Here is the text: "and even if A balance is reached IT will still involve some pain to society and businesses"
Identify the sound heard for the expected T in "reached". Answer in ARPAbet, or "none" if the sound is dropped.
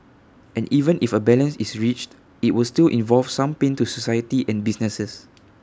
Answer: T